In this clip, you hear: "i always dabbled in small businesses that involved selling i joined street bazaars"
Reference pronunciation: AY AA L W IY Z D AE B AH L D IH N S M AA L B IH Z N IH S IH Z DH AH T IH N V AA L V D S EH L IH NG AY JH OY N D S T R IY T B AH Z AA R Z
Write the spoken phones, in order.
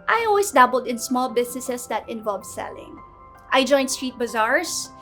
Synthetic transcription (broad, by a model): AY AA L W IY S D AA B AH L D IH N S M AA L B IH S N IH S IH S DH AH T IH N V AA L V S EH L IH NG AY JH OY N D S T R IY T B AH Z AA R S